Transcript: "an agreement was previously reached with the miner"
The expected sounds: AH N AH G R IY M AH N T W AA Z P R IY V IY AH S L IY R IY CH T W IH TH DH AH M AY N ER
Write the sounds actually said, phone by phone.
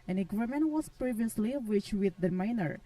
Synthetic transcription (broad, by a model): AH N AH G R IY M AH N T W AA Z P R IY V IY AH S L IY W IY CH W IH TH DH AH M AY N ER